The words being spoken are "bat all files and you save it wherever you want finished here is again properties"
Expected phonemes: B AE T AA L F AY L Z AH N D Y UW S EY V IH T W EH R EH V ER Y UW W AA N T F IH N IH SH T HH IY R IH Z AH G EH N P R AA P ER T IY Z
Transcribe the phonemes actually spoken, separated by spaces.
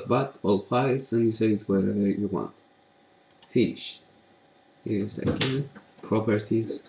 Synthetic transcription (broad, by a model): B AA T AA L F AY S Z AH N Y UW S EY IH T W EH R EH V ER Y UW W AA N T F IH N IH SH T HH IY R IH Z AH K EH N P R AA P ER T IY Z